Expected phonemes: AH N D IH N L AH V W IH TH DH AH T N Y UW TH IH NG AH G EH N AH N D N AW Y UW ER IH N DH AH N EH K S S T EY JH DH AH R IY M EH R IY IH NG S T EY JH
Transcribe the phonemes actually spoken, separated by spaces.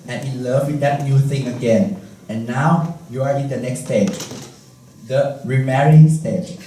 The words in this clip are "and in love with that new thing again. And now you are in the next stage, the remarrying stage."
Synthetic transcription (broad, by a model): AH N IH N L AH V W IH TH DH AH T N Y UW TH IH NG AH G EH N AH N N AW Y UW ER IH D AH N EH K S S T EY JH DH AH R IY M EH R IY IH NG S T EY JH